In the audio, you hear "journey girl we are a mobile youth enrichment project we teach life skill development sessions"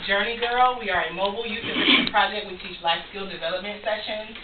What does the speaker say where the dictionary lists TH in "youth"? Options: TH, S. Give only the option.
S